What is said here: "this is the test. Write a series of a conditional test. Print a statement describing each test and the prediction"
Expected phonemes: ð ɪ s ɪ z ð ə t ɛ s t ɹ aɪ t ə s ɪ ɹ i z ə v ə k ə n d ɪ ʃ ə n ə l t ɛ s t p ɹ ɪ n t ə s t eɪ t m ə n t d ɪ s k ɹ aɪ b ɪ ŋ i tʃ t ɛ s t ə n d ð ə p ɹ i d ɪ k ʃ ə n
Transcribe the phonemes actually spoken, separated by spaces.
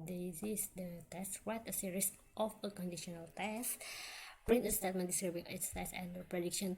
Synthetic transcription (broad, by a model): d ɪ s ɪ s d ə t ɛ s t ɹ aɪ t ə s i ɹ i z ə f ə k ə n d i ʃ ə n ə l t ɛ s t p ɹ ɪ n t ə s t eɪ t m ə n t d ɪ s k ɹ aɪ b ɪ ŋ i s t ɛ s ə n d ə p ɹ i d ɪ k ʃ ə n